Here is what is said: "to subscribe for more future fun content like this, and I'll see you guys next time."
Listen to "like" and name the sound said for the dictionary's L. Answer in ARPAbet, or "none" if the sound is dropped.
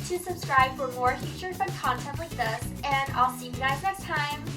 W